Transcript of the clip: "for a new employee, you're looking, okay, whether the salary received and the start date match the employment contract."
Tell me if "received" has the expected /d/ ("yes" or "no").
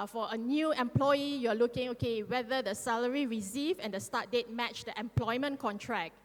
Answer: no